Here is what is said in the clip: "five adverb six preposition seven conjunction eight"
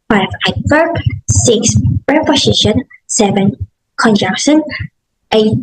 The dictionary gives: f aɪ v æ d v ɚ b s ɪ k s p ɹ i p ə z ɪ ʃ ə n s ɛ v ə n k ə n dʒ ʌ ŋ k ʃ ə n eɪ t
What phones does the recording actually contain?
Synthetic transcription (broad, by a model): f aɪ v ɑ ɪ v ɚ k s ɪ k s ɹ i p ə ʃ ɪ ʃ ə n s ɛ v ə n k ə n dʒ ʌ k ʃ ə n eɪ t